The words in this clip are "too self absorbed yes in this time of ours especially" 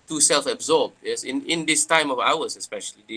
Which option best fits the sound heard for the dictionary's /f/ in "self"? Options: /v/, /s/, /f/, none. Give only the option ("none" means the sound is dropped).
/f/